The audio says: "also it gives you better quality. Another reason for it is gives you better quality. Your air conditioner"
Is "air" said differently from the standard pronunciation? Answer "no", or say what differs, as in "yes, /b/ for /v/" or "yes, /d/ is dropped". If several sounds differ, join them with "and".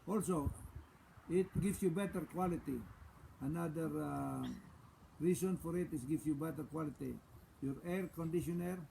no